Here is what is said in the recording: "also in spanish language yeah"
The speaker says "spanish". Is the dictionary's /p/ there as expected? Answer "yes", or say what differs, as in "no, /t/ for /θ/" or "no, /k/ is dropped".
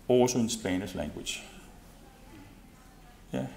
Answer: no, /b/ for /p/